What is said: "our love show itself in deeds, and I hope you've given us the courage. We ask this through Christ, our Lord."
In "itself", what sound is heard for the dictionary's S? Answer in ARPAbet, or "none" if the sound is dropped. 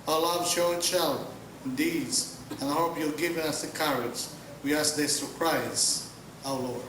SH